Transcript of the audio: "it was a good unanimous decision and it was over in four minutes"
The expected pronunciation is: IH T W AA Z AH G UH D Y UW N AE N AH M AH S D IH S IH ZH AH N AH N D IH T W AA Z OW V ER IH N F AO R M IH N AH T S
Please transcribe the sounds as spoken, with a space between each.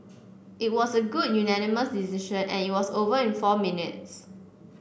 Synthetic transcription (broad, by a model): IH T W AA S AH G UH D Y UW N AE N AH M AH S D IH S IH SH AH N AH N IH T W AA S OW V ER IH N F AO M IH N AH T S